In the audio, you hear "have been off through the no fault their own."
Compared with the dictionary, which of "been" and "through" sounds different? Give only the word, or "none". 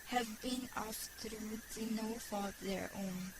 through